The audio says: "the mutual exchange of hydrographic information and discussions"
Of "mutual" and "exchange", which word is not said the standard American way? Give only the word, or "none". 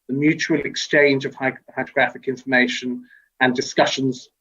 none